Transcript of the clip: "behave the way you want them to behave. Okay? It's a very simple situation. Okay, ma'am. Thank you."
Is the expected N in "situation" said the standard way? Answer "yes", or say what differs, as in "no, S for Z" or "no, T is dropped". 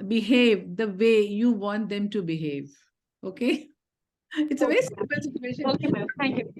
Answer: no, N is dropped